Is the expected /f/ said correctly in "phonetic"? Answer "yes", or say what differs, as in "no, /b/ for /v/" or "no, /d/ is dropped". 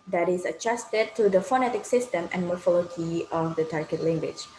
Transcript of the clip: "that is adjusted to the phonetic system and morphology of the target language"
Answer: yes